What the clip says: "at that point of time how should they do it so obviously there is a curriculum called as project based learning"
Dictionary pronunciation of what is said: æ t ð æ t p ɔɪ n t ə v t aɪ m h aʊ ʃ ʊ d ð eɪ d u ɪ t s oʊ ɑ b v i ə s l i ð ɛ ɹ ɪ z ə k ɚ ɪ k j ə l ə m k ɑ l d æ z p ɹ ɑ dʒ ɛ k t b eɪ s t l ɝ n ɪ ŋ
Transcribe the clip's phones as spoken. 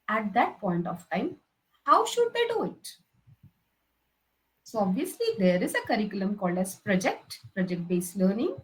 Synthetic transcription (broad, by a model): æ t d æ t p ɔɪ n t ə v t aɪ m h aʊ ʃ ʊ d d eɪ d u ɪ t s oʊ ɑ b v i ə s l i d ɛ ɹ ɪ z ə k ɚ ɪ k j ə l ə m k ɑ l d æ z p ɹ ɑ dʒ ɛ k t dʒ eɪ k t l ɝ n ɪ ŋ